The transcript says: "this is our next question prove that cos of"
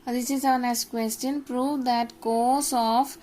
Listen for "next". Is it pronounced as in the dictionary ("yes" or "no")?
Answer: no